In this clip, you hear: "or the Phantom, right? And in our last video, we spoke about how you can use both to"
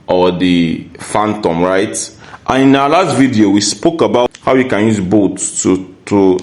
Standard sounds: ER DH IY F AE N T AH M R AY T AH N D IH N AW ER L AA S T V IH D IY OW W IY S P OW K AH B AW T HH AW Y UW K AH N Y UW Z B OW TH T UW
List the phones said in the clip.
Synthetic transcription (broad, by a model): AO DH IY F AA N T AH M R AY T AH N IH N AW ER L AA S T V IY D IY OW W IY S P OW K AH B AW HH AW Y UW K AH N Y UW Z B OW T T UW